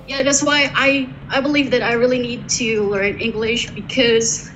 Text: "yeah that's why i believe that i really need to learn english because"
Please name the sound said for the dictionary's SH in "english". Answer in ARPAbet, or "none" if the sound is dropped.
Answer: SH